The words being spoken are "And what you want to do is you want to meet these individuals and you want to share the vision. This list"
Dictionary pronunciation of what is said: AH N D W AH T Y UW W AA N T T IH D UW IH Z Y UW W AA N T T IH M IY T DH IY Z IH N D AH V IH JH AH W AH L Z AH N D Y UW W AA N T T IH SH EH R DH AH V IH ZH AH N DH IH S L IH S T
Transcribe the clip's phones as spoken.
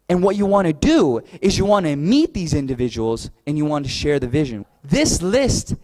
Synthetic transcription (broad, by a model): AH N W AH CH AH W AA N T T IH D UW IH Z Y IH W AA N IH M IY T DH IY Z IH N D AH V IH JH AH W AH L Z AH N Y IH W AA N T T IH SH EH R DH AH V IH ZH AH N DH IH S L IH S T